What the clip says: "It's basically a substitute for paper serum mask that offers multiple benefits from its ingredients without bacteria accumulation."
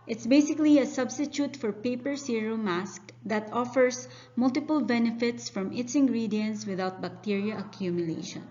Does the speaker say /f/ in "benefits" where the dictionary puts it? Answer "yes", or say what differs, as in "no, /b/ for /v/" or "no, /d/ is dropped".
yes